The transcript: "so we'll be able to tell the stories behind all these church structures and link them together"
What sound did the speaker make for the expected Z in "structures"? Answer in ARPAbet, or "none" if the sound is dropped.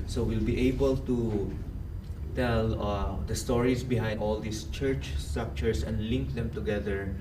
S